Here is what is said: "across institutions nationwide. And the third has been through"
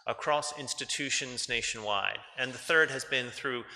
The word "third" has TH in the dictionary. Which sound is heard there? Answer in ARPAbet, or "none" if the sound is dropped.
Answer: TH